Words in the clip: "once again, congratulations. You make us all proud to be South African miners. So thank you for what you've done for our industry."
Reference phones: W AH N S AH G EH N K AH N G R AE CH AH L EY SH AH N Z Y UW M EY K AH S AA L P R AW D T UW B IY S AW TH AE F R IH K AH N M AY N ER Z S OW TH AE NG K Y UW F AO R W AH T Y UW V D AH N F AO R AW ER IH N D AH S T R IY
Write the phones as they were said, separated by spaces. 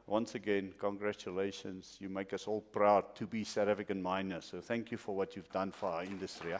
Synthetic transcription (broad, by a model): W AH N S AH G EH N K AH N G R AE CH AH L EY SH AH N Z Y UW M EY K AH S AA L P R AW D T UW B IY S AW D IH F IH K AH N M AY N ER S OW TH AE NG K Y UW F AO R W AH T Y UW V D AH N F AO R AW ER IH N D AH S T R IY